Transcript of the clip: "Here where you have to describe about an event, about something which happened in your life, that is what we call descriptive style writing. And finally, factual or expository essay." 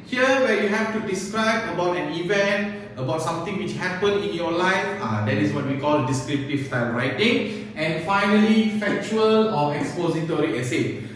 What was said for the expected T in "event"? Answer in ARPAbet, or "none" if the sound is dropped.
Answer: T